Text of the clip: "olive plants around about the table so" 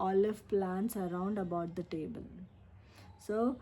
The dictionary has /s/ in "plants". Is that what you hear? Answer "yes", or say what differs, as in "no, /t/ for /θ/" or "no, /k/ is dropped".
yes